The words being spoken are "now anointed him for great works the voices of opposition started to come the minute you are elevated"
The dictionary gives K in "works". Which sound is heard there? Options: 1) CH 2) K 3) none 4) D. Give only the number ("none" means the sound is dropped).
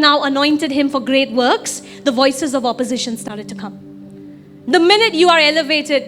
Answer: 2